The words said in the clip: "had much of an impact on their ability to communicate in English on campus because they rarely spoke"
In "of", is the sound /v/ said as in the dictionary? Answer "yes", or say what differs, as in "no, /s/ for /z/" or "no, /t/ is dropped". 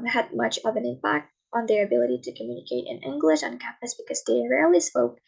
yes